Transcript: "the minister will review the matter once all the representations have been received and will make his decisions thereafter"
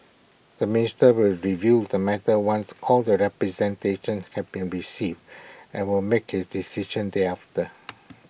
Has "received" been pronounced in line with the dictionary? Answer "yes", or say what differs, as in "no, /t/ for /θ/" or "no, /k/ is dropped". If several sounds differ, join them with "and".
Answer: yes